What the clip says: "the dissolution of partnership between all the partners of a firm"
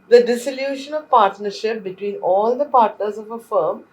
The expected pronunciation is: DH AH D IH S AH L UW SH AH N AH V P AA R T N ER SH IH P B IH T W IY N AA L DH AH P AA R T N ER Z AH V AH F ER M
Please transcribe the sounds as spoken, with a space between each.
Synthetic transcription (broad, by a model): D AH D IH S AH L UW SH AH N AH V P AA R T N ER SH IH P B IH T W IY N AA L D AH P AA R T N ER Z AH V AH F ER M